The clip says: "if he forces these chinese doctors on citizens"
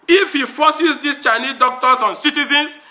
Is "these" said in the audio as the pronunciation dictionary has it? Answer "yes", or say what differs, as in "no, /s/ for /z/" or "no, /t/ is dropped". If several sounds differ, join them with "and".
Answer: no, /s/ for /z/